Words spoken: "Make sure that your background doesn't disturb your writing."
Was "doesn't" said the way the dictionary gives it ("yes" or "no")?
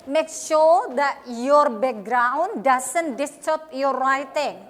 no